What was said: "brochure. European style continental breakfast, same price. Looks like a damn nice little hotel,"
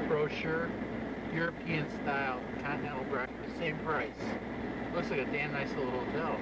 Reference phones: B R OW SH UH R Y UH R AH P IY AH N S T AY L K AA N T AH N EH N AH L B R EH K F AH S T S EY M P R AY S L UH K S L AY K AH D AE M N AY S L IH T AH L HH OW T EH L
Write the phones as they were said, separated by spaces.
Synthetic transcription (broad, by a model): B R OW SH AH R Y UH R AH P IY AH N S T AY L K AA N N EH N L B R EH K AH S S EY M P R AY S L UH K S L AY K AH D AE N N AY S L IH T L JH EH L